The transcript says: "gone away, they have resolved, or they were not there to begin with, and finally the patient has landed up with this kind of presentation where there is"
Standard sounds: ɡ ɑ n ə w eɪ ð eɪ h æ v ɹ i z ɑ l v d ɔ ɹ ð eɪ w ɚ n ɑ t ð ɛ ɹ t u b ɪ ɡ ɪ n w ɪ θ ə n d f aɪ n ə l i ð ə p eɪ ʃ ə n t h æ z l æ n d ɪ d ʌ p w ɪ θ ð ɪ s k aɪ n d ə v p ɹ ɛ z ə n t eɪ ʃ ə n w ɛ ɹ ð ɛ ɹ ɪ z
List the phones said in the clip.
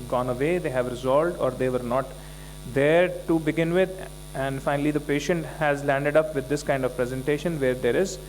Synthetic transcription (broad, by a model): ɡ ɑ n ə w eɪ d eɪ h æ v ɹ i z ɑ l d ɔ ɹ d eɪ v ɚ n ɑ t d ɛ ɹ t u b ɪ ɡ ɪ n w ɪ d ə n d f aɪ n ə l i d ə p eɪ ʃ ə n t h æ z l æ n d ɪ d ʌ p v ɪ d ɪ s k aɪ n d ə v p ɹ ɛ z ə n t eɪ ʃ ə n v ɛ ɹ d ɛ ɹ ɪ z